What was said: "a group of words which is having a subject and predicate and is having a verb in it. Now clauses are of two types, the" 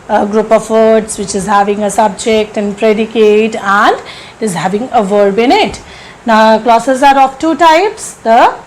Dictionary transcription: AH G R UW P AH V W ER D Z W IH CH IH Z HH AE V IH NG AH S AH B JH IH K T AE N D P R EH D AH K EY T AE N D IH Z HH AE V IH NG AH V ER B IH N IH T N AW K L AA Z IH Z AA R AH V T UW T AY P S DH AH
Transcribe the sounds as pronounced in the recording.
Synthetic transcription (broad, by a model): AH G R UW P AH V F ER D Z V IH CH IH Z HH AE V IH NG AH S AH B JH IH K T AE N D P R EH D AH K EY T AE N D IH Z HH AE V IH NG AH V ER B IH N IH T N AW K L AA S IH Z AA R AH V T UW T AY P S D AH